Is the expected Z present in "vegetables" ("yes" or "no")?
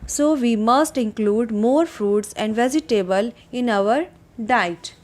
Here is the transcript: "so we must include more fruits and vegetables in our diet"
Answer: no